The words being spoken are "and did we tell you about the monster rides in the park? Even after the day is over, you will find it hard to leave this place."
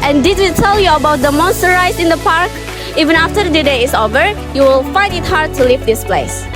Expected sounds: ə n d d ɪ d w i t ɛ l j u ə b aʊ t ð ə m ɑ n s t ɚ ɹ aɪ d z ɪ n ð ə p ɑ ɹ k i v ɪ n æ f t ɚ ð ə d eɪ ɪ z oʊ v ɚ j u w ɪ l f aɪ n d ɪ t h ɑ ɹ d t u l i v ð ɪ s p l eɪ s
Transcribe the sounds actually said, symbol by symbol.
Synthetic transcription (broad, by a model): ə n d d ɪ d w i t ɛ l j u ə b aʊ t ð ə m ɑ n s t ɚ ɹ aɪ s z ɪ n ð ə p ɑ ɹ k i v ɪ n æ f t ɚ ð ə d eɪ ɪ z oʊ v ɚ j u w ɪ l f aɪ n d ɪ t h ɑ ɹ d t u l i v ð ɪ s p l eɪ s